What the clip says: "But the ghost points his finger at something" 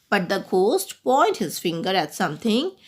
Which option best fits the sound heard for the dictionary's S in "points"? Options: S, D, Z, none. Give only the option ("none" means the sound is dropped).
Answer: none